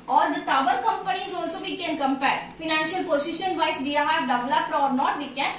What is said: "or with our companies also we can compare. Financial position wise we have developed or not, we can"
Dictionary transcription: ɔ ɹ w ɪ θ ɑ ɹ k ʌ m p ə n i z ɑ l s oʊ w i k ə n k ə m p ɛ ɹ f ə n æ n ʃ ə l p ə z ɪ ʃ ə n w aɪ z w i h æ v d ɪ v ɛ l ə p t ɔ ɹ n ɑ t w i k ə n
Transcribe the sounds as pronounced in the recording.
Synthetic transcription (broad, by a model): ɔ ɹ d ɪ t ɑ l k ʌ m p ə n i z ɑ l s oʊ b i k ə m k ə m p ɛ ɹ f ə n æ n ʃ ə l p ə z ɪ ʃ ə n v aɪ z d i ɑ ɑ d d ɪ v l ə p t ɔ ɹ n ɑ t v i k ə n